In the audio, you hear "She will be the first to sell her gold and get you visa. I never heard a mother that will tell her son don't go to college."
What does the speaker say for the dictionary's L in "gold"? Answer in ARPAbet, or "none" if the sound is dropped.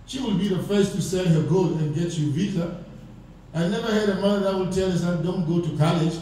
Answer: none